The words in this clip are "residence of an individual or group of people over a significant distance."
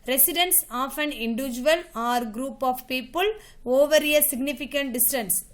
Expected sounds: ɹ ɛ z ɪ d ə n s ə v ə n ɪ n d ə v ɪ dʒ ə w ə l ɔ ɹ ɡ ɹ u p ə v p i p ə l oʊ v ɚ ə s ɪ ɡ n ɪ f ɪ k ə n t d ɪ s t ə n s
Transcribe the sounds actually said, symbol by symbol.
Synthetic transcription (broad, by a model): ɹ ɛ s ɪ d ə n s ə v ə n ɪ n d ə v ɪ dʒ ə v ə l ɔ ɹ ɡ ɹ u p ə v p i p ə l oʊ v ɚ ə s ɪ ɡ n ɪ f ɪ k ə n t d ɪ s t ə n s